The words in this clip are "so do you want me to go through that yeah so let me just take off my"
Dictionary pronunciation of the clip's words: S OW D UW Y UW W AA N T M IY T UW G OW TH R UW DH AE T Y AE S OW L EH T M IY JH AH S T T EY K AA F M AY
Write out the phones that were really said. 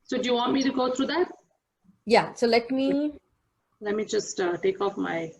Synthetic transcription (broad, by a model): S OW D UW Y UW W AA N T M IY T UW G OW T R UW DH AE T Y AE S OW L EH T M IY JH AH S T T EY K AA F M AY